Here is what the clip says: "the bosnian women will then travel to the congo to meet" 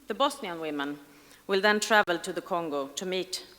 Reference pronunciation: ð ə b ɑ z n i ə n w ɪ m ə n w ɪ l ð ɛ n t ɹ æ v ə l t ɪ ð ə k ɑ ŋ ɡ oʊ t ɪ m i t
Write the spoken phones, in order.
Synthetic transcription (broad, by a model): ð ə b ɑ s n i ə n w ɪ m ə n w ɪ l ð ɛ n t ɹ æ v ə l t ɪ ð ə k ɑ ŋ ɡ oʊ t ɪ m i t